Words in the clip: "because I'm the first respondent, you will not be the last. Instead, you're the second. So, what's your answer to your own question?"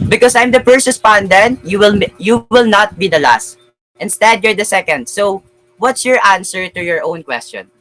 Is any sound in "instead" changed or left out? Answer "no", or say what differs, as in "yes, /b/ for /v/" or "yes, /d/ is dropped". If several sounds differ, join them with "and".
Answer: no